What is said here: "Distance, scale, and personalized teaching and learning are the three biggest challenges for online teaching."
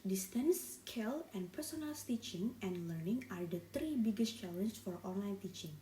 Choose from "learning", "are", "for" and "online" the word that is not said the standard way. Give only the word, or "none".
none